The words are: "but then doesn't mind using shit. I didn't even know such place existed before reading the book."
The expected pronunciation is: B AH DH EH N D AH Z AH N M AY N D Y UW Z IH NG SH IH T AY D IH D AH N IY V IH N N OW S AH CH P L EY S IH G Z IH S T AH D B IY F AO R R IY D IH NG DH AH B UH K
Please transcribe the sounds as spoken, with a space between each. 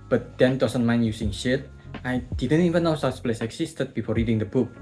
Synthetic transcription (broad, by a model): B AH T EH N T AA S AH N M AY N Y UW S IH NG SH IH T AY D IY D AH N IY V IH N N OW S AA S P L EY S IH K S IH S T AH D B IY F AO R R IY D IH NG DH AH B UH K